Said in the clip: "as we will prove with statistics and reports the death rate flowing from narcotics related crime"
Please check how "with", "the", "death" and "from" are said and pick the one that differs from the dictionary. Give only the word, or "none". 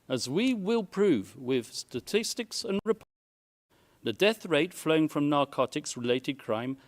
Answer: none